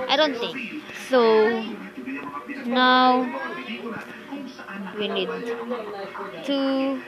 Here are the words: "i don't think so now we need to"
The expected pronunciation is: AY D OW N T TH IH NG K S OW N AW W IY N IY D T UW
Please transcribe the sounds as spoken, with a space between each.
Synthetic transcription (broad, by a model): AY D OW N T TH IH NG K S OW N AW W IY N IY D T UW